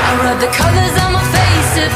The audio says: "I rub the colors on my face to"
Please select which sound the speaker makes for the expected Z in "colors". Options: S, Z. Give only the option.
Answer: Z